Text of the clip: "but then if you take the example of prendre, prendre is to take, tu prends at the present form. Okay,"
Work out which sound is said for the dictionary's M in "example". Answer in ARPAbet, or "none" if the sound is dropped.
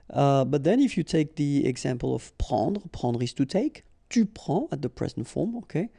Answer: M